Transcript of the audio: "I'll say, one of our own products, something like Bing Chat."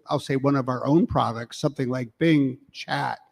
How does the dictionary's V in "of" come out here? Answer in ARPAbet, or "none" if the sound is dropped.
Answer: V